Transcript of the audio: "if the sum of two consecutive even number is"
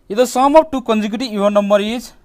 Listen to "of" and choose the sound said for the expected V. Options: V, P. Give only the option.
P